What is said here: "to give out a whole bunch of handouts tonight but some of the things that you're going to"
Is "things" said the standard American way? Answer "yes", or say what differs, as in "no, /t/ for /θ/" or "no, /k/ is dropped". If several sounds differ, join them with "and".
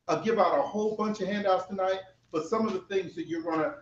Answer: yes